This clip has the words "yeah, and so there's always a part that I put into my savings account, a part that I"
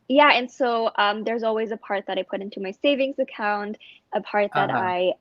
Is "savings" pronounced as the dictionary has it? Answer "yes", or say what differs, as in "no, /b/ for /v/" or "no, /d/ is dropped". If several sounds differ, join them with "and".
yes